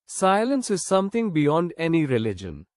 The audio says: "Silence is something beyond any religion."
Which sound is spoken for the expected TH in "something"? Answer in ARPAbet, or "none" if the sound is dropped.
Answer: T